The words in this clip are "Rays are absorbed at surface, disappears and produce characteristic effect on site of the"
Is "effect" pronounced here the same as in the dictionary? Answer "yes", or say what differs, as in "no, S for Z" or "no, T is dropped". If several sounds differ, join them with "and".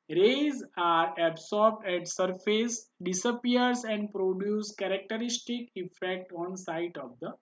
yes